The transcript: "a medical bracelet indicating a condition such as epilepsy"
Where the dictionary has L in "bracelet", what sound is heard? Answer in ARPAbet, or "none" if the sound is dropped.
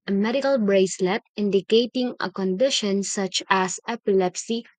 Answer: L